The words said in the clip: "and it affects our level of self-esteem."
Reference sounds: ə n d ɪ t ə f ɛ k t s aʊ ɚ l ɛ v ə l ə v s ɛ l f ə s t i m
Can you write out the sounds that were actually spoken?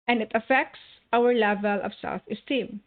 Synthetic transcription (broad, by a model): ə n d ɪ t ə f ɛ k t s aʊ ɚ l ɛ v ə l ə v s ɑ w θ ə s t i m